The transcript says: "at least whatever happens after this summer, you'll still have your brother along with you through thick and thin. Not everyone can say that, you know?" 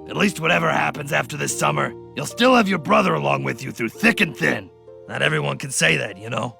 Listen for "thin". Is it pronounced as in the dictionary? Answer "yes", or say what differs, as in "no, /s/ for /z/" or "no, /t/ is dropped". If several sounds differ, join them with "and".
yes